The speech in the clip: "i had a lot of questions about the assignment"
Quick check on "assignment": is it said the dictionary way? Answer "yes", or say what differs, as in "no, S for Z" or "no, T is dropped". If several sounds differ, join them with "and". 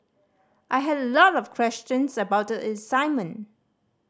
no, T is dropped